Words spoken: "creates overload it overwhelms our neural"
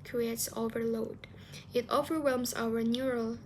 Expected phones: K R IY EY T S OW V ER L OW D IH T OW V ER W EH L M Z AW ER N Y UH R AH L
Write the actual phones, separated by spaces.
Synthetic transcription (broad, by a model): K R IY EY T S OW V ER L OW D IH T OW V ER W EH L M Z AW ER N Y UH R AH L